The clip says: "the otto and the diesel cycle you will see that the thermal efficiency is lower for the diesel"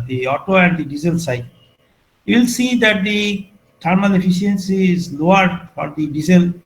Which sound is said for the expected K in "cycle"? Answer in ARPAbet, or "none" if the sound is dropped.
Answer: none